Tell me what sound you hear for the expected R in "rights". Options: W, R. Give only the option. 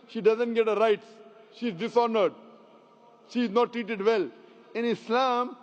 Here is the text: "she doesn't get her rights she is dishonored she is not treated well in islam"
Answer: R